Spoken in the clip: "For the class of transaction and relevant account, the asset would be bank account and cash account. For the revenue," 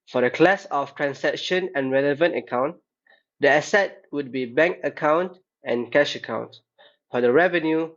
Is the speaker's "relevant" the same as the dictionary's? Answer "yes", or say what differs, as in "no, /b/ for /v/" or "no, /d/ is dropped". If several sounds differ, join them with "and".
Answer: yes